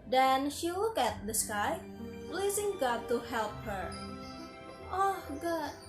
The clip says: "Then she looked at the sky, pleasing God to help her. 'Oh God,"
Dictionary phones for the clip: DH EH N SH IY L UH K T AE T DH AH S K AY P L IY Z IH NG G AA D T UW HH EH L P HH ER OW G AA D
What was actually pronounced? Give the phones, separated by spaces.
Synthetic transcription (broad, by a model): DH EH N SH IY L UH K AE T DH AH S K AY P L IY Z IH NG G AA D T UW HH EH L P HH ER OW G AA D